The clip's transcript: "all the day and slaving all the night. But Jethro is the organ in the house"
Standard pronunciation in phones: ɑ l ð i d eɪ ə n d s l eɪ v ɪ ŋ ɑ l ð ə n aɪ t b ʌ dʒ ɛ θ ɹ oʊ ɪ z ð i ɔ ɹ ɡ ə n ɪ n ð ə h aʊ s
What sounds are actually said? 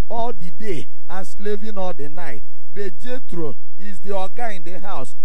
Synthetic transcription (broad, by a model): ɑ l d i d eɪ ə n s l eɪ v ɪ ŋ ɑ l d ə n aɪ t b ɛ dʒ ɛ t ɹ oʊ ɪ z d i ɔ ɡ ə ɪ n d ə h aʊ s